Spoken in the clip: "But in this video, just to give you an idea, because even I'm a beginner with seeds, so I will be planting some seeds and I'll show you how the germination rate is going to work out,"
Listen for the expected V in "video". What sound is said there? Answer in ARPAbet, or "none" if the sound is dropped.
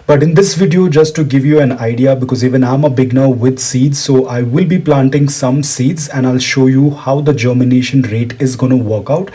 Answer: V